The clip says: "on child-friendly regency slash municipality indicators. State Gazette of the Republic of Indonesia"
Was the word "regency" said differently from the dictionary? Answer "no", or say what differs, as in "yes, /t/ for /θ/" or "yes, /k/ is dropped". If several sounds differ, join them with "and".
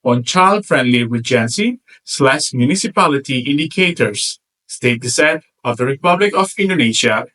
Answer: yes, /w/ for /ɹ/